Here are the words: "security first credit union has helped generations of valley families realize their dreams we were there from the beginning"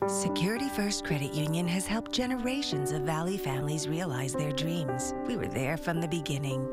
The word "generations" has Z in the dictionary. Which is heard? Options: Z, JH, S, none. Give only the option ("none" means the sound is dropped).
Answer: Z